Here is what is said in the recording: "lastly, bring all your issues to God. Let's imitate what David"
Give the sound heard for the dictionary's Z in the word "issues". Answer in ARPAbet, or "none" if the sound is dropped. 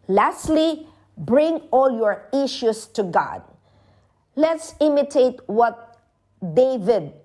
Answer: S